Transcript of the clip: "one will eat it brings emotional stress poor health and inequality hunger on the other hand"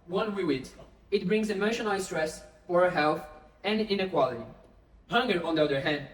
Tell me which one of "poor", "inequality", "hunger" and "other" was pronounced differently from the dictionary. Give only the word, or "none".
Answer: poor